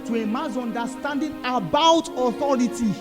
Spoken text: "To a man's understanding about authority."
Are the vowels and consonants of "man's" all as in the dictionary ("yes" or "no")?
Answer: no